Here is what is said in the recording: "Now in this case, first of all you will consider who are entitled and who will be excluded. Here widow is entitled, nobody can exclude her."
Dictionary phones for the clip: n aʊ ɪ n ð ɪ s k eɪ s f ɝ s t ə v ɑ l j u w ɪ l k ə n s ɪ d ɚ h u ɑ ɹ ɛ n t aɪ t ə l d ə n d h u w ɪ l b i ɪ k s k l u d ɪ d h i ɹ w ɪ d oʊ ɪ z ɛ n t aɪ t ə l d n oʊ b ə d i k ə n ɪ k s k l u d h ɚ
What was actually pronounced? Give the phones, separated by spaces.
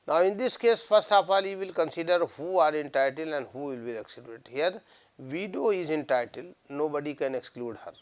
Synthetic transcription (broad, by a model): n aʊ ɪ n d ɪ s k eɪ s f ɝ s t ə p ɑ l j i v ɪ l k ə n s ɪ d ɚ h u ɑ ɹ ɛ n t aɪ t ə l ə n d h u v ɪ l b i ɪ k s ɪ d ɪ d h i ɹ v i d oʊ ɪ z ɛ n t aɪ t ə l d n oʊ b ə d i k ə n ɪ k s k l u d h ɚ